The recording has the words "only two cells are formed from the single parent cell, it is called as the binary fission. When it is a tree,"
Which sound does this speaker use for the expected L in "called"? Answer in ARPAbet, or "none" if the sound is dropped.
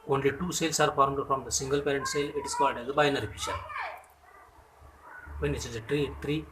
none